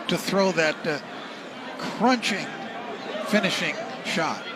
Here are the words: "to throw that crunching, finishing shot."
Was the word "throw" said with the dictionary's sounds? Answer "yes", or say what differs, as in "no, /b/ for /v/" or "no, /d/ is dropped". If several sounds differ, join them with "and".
yes